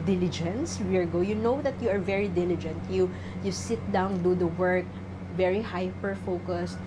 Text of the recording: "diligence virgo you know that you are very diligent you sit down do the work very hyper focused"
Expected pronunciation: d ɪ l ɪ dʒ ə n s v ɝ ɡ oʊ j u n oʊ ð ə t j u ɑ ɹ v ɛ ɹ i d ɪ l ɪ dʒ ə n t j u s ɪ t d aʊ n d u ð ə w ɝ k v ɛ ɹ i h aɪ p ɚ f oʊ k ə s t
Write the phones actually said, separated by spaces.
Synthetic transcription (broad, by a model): d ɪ l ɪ dʒ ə n s w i ɡ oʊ j u n oʊ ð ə t j u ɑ ɹ v ɛ ɹ i d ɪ l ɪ dʒ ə n t j u s ɪ t d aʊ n d u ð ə w ɝ k v ɛ ɹ i h aɪ p ɚ f oʊ k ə s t